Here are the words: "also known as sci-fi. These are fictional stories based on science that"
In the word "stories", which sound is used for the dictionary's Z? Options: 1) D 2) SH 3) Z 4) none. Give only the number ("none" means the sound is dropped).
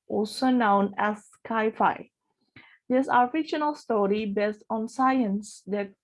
4